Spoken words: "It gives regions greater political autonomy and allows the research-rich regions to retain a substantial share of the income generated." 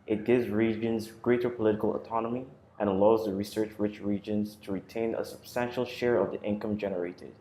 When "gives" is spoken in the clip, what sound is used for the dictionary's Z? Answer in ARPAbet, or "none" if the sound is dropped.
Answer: Z